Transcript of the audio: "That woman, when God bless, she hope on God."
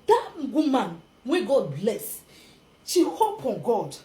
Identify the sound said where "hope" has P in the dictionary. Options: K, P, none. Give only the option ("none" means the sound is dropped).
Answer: P